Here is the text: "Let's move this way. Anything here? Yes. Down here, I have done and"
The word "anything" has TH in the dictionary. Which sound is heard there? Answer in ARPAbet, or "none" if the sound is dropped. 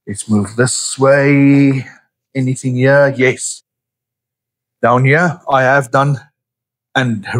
TH